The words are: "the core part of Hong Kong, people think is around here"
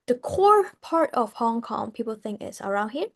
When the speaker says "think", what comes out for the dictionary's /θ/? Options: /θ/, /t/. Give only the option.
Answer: /θ/